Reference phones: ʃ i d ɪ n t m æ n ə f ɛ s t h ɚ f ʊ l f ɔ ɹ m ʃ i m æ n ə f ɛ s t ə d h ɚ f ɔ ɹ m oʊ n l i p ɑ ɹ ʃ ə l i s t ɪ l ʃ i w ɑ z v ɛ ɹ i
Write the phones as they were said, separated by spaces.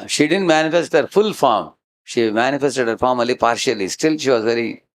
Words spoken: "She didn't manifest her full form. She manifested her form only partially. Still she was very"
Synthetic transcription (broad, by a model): ʃ i d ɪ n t m æ n ə f ɛ s t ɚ f ʊ l f ɔ ɹ m ʃ i m æ n ə f ɛ s t ə d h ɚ f ɔ ɹ m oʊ l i p ɑ ɹ ʃ ə l i s t ɪ l ʃ i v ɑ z v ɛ ɹ i